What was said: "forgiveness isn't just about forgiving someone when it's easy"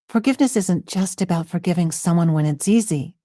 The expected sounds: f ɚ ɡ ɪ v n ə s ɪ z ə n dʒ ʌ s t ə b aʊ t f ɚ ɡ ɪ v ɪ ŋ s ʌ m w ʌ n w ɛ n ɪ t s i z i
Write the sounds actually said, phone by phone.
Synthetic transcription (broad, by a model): f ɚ ɡ ɪ v n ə s ɪ z ə n dʒ ʌ s t ə b aʊ t f ɚ ɡ ɪ v ɪ ŋ s ʌ m w ʌ n w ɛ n ɪ t s i z i